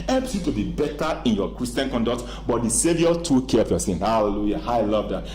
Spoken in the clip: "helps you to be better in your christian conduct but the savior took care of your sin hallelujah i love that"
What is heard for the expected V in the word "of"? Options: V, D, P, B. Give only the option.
P